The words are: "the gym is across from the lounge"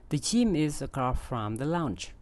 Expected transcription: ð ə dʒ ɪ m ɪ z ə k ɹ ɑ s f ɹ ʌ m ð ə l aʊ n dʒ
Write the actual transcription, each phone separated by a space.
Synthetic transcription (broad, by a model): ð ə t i m ɪ z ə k ɑ f ɹ ʌ m ð ə l aʊ n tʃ